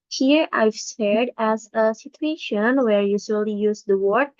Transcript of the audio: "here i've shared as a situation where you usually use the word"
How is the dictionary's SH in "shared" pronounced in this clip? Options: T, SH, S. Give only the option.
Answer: S